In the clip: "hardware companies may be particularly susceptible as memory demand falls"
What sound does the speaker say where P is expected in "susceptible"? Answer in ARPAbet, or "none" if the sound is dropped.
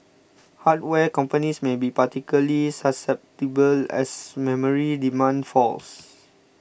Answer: P